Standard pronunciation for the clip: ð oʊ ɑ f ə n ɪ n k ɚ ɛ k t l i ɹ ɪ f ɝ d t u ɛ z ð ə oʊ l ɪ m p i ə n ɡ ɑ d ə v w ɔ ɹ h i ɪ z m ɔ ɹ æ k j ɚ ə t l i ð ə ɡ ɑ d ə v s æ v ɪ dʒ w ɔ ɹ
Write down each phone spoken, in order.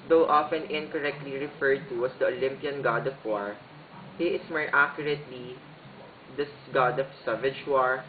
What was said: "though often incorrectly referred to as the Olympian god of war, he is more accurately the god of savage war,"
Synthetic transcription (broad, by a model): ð oʊ ɑ f ə n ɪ n k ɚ ɛ k t l i ɹ ɪ f ɝ d t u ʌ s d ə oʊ l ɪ m p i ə n ɡ ɑ d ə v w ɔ ɹ h i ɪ s m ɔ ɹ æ k j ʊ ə t l i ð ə ɡ ɑ d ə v s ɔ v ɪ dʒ w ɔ ɹ